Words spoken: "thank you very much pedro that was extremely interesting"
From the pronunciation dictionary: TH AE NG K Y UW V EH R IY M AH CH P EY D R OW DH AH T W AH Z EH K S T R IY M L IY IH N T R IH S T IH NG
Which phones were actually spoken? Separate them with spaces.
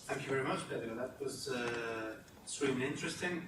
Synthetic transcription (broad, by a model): TH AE NG K Y UW V EH R IY M AH CH B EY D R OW DH AH T W AH Z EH S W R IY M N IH N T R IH S T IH NG